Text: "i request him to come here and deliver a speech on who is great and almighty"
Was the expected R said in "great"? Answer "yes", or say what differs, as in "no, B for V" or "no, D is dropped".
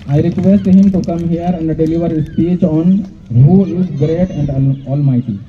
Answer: yes